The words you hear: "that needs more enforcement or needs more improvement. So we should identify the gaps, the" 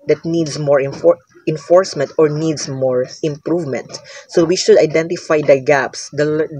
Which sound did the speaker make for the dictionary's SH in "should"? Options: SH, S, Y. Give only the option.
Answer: SH